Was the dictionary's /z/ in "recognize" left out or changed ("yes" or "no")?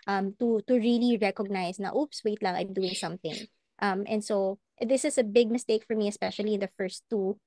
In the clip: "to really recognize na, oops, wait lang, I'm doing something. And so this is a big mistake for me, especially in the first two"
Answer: yes